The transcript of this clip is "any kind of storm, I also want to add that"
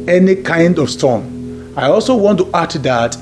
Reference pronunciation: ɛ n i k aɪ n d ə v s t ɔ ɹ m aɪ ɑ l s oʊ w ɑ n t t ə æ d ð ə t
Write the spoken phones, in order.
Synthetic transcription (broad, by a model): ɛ n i k aɪ n d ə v s t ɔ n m aɪ ɑ l s oʊ w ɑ n t t ə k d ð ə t